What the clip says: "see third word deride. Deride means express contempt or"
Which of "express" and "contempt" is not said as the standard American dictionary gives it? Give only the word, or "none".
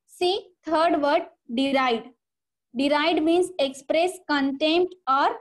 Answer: none